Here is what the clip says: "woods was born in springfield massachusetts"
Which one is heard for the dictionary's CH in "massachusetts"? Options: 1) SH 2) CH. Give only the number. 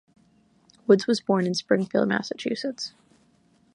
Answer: 2